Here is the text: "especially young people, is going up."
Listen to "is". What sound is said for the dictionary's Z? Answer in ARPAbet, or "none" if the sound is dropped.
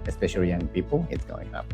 S